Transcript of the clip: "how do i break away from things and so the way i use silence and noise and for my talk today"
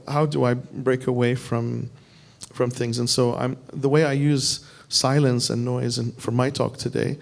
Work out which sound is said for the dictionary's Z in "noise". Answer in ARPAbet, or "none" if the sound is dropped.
Z